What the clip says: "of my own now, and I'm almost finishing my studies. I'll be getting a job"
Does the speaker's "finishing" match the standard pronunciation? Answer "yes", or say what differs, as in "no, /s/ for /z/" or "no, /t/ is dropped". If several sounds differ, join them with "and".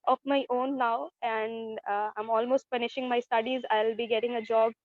no, /p/ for /f/